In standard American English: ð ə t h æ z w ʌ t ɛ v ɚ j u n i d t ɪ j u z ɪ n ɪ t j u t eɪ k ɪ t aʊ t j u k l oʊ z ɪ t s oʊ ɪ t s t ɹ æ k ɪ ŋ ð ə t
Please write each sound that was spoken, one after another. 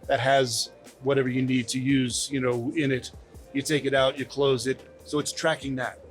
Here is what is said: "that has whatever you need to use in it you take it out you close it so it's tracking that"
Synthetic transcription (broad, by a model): ð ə t h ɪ z w ʌ t ɛ v ɚ j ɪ n i d t ɪ j u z ɪ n ɪ t j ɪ t eɪ k ɪ t aʊ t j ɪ k l oʊ z ɪ t s oʊ ɪ t s t ɹ æ k ɪ ŋ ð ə t